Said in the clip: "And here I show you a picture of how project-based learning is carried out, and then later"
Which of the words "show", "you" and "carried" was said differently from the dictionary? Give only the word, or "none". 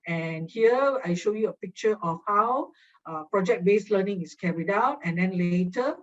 none